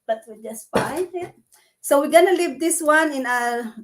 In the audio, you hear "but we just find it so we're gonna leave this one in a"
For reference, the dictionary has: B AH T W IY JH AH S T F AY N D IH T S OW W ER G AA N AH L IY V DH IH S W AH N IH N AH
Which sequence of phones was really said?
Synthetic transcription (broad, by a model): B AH T W IY JH AH S T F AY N IH T S OW W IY G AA N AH L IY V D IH S W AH N IH N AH